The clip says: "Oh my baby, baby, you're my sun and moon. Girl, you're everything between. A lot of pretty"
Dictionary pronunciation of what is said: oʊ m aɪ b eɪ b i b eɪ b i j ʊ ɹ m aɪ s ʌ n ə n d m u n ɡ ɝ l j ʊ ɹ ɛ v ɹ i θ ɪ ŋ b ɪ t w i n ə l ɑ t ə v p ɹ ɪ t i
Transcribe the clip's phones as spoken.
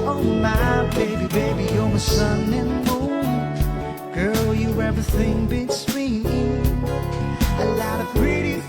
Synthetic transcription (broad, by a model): oʊ m aɪ b eɪ b i b eɪ b i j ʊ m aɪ s ʌ n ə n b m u ɡ ɝ l j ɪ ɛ v ɹ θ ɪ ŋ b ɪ s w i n ə l ɑ t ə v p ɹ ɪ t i